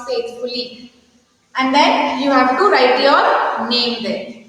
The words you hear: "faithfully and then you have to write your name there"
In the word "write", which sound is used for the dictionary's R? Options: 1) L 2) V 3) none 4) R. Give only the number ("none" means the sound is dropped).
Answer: 4